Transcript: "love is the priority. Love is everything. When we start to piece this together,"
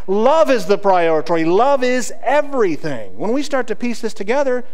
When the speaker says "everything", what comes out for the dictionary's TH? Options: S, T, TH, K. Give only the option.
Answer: TH